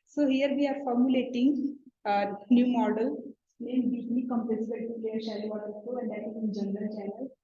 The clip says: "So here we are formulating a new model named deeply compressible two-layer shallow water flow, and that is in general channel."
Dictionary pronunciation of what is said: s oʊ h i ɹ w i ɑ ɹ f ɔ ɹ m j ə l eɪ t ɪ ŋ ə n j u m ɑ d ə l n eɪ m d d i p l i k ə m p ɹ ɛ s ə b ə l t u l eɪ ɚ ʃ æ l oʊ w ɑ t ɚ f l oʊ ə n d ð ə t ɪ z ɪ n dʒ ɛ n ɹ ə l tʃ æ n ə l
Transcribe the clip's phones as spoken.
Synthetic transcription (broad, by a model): s oʊ h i ɹ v i ɑ ɹ f ɔ ɹ m j ə l eɪ t ɪ ŋ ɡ n j u m ɑ d ə l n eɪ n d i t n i k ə m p l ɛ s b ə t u l eɪ ɚ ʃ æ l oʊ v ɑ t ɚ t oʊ ə n d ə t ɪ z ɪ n dʒ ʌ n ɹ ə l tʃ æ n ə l